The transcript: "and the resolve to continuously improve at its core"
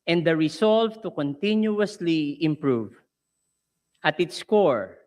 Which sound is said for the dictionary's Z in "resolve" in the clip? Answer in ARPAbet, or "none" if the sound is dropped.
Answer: S